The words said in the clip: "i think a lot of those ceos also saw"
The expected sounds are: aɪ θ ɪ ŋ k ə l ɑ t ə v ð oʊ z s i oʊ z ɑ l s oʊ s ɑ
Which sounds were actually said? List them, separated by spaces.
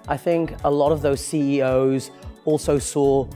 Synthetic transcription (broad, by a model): aɪ θ ɪ ŋ k ə l ɑ t ə v ð oʊ z s i oʊ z ɑ l s oʊ s ɑ